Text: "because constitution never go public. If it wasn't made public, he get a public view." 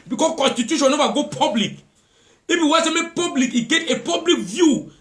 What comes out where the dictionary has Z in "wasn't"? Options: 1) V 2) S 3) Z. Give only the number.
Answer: 2